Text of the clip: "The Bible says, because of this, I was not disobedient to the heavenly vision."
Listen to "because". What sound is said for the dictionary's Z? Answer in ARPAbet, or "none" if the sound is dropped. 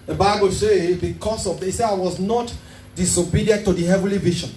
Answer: S